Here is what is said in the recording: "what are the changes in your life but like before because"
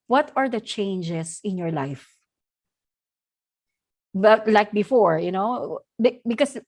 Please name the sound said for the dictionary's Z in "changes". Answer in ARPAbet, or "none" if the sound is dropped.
S